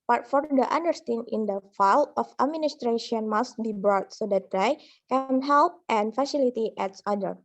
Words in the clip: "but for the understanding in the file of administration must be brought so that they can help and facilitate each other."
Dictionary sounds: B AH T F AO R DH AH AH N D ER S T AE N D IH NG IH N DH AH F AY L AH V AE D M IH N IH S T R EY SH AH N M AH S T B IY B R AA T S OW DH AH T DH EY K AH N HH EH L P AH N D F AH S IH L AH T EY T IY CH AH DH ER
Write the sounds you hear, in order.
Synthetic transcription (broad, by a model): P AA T F AO R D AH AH N D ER S T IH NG IH N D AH F AY L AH F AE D M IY N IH S T R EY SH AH N M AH S T B IY B R AA T S OW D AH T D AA K AH N HH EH L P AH N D F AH S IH L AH T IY T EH S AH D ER